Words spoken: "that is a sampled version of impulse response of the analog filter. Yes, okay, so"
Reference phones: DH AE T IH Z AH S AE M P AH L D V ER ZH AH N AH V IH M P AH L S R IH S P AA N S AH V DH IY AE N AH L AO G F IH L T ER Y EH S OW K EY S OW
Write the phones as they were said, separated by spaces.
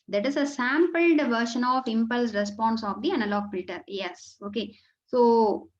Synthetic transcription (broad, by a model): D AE T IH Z AH S AE M P AH L D V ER SH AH N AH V IH M P AH L S R IH S P AA N S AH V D IY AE N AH L AO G F IH L T ER Y EH S OW K EY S OW